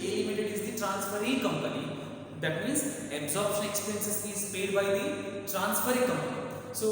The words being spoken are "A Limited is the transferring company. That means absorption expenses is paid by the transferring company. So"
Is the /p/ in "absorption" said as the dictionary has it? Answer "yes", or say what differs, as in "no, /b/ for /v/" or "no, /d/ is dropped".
yes